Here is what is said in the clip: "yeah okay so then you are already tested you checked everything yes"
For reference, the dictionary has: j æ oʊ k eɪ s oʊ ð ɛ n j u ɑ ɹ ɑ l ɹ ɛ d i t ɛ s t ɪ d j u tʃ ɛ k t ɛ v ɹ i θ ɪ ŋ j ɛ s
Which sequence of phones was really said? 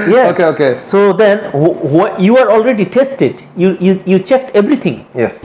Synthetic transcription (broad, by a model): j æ oʊ k eɪ s oʊ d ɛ n j u ɑ ɹ ɑ l ɹ ɛ d i t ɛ s t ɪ d j u tʃ ɛ k t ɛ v ɹ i t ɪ ŋ j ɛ s